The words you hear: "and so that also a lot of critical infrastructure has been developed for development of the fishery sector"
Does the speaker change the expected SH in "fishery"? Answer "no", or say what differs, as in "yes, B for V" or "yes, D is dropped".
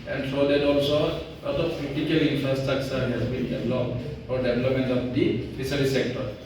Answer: yes, S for SH